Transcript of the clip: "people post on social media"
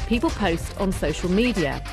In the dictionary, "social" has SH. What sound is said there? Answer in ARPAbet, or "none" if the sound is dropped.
SH